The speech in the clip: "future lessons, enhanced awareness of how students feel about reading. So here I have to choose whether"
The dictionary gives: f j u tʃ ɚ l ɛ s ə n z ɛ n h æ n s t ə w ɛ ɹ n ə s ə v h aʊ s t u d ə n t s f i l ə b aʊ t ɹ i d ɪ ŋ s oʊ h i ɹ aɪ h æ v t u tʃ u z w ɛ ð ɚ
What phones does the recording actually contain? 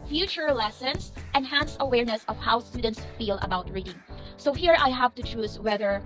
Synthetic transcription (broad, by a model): f j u tʃ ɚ l ɛ s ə n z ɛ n h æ n s ə w ɛ ɹ n ə s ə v h aʊ s t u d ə n t s f i l ə b aʊ t ɹ i d ɪ ŋ s oʊ h i ɹ aɪ h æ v t u tʃ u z w ɛ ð ɚ